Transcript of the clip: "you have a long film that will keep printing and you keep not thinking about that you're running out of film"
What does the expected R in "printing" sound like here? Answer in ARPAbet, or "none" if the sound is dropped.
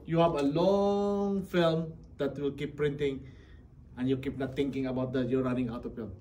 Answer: R